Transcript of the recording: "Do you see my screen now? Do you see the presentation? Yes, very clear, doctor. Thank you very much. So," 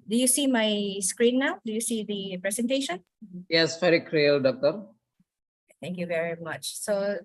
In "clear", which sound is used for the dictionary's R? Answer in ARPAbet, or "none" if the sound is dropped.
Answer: L